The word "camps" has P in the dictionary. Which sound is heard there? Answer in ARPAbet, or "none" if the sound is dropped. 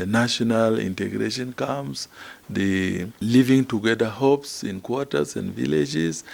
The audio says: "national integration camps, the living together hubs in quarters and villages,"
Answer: none